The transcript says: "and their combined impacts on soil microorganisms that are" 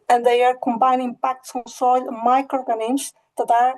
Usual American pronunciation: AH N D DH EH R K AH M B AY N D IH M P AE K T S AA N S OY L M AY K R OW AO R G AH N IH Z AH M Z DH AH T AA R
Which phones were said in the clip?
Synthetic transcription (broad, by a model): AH N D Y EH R K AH M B AY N IH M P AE K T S AA N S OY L M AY K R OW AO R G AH N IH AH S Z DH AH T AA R